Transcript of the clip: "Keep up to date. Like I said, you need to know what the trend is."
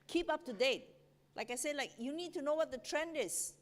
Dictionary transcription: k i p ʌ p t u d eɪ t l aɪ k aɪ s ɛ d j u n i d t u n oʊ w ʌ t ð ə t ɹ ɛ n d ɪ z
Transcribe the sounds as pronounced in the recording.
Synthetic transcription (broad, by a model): k i p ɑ p t u d eɪ t l aɪ k aɪ s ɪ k j u n i d t u n oʊ w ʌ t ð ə t ɹ ɛ n d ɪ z